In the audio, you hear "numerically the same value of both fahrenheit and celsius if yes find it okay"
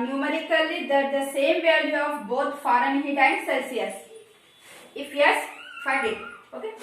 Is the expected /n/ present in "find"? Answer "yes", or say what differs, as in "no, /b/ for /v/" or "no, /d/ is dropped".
no, /n/ is dropped